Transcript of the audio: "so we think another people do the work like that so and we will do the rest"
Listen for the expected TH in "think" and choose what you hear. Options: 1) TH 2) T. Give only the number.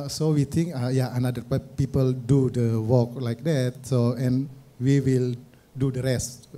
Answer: 2